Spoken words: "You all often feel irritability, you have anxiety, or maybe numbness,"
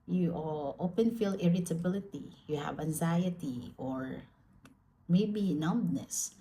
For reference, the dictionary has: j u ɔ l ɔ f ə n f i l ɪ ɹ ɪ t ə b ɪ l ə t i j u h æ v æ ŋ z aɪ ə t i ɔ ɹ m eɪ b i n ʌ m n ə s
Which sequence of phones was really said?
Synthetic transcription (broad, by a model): j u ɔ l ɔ p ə n f i l ɪ ɹ ɪ t ə b ɪ l ə t i j u h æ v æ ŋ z aɪ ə t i ɔ ɹ m eɪ b i n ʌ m n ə s